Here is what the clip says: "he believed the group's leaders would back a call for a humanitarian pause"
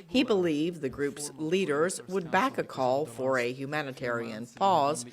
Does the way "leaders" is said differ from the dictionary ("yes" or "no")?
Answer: no